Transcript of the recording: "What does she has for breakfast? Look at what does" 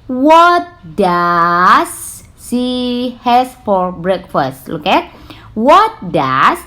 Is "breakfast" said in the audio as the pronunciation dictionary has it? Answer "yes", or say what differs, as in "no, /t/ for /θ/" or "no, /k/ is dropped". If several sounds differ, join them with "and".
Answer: yes